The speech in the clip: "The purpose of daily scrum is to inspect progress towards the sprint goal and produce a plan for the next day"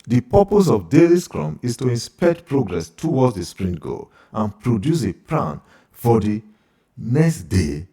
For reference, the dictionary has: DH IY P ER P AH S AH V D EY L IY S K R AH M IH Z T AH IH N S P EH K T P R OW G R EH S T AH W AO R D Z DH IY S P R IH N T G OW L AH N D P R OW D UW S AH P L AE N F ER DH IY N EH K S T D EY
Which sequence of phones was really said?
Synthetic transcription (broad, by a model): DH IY P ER P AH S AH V D EY L IY S K R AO M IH S T AH IH N S P EH K T P R OW G R EH S T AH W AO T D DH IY S P R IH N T G OW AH N P R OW D UW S AH P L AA N F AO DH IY N EH K S T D EY